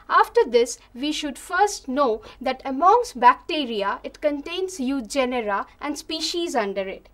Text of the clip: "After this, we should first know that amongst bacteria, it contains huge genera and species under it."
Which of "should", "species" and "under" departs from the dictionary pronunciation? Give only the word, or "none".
none